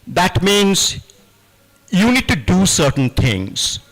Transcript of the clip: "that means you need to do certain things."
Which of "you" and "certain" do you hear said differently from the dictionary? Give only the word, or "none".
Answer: none